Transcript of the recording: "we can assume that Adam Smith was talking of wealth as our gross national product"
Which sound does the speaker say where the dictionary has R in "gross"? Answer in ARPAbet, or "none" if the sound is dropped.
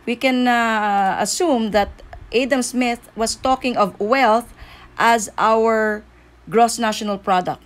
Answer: R